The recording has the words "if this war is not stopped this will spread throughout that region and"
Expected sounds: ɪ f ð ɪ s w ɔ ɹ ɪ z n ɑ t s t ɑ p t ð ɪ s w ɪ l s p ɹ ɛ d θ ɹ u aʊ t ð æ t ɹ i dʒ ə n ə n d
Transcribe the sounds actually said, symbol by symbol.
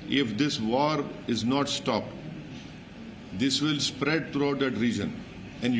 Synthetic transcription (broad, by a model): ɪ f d ɪ s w ɔ ɹ ɪ z n ɑ t s t ɑ p t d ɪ s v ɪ l s p ɹ ɛ d t ɹ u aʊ t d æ t ɹ i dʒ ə n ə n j